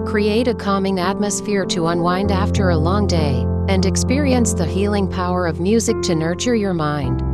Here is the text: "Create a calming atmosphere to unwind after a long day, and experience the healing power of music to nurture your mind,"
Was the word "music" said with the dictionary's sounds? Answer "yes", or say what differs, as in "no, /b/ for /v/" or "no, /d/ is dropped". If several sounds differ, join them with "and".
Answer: yes